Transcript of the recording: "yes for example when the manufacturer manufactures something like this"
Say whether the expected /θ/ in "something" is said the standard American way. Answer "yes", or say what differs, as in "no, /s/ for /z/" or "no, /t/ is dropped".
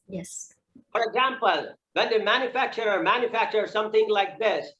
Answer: yes